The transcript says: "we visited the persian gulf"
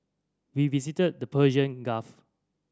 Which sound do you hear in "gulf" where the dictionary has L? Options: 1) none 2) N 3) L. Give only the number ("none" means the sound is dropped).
1